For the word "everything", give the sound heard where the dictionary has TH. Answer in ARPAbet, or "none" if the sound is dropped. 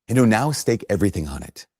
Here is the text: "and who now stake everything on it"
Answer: TH